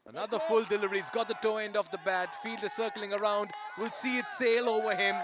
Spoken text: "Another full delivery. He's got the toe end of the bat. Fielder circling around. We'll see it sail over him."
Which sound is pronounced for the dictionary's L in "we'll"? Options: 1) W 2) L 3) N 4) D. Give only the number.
2